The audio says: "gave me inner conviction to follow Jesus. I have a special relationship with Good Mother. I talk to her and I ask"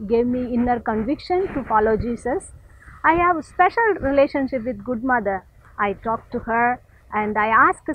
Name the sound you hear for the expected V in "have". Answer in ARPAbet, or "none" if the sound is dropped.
V